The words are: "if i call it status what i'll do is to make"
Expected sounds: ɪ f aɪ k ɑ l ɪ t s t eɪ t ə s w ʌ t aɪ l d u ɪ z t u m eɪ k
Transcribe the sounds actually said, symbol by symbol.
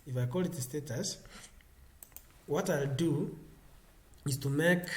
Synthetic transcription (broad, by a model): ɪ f aɪ k ɑ l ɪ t s t eɪ t ə s w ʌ t aɪ l d u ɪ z t u m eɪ k